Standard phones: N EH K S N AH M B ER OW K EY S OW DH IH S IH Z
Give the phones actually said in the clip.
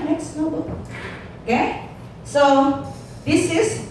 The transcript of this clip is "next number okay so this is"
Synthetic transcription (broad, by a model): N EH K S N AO B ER OW K EY S OW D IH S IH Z